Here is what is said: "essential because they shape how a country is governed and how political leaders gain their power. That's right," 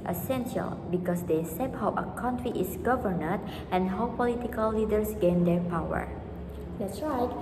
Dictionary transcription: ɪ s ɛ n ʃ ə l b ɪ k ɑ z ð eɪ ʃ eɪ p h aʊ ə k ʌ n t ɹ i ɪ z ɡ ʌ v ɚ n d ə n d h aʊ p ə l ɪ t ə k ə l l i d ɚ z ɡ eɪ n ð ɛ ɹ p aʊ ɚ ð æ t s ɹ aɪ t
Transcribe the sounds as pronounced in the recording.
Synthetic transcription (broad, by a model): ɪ s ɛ n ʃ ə l b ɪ k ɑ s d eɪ s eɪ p h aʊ ə k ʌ n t ɹ i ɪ s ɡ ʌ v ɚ n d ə n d h aʊ p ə l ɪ t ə k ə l l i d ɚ s ɡ eɪ n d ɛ ɹ p aʊ ɚ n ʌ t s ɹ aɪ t